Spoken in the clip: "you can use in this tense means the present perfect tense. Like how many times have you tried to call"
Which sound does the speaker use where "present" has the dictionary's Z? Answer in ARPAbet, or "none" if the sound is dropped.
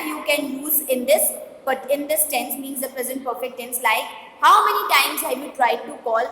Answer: Z